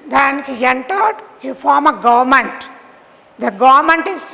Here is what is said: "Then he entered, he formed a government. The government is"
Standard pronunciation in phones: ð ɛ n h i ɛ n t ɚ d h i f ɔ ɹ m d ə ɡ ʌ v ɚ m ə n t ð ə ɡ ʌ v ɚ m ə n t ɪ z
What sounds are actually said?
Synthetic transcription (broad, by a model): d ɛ n h i ɛ n t ɚ d h i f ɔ ɹ m ə ɡ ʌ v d m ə n t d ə ɡ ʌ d m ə n t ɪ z